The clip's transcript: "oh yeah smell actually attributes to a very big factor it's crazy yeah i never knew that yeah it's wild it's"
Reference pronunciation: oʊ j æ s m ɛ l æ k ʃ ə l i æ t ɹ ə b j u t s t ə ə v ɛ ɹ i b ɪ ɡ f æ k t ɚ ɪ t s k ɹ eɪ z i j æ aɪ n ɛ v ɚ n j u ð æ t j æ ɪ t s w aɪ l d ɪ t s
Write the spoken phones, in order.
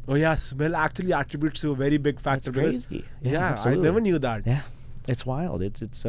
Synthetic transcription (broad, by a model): oʊ j æ s m ɛ l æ k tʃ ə l i æ t ɹ ə b j u t s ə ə v ɛ ɹ i b ɪ ɡ f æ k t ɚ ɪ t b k ɔ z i j æ aɪ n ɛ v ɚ n j u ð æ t j æ ɪ t s w aɪ l d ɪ t s